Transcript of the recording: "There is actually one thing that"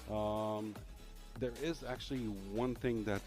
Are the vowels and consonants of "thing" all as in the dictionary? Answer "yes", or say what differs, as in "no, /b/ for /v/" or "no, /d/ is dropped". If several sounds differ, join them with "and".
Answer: yes